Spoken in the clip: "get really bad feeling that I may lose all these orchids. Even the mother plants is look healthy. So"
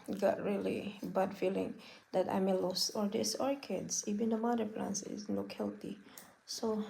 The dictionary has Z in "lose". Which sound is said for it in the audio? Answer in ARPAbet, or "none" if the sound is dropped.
S